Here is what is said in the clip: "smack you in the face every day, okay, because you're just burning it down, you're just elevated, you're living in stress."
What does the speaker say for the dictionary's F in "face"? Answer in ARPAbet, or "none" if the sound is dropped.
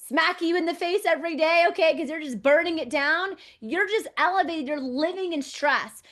F